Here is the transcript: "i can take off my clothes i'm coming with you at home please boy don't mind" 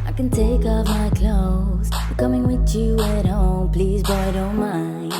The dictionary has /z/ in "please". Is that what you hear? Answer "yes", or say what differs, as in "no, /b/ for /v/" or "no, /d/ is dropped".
yes